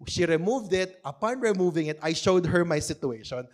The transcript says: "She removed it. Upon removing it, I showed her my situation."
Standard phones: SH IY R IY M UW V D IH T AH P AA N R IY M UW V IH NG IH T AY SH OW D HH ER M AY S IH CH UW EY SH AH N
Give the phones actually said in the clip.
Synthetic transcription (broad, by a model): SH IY R IY M UW V D IH T AH P AA N R IY M UW V IH NG IH T AY SH OW D HH ER M AY S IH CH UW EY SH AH N